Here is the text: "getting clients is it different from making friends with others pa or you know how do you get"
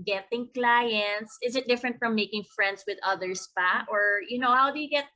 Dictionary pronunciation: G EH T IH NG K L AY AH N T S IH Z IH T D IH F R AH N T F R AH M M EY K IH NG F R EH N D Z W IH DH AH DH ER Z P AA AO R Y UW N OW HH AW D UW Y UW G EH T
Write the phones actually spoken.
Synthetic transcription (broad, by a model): G EH T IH NG K L AY AH N T S IH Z IH T D IH F R AH N T F R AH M M EY K IH NG F R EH N D S W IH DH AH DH ER S P AA AO R Y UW N OW HH AW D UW Y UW G EH T